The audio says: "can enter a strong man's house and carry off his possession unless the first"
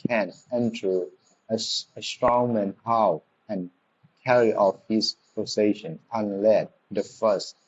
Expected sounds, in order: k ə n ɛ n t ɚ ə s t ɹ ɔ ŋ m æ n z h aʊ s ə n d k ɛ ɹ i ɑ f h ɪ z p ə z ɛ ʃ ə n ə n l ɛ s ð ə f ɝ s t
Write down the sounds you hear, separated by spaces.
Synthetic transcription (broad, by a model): k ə n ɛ n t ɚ ə s t ɹ ɔ ŋ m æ n h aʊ ə n k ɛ ɹ i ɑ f h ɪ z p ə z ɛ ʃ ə n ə n l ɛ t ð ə f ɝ s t